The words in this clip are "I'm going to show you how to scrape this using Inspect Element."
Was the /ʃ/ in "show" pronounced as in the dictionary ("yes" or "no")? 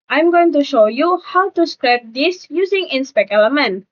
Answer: yes